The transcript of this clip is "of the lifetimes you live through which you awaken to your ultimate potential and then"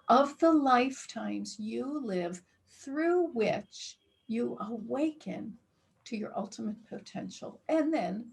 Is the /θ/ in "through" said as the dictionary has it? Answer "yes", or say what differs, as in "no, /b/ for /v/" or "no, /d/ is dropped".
yes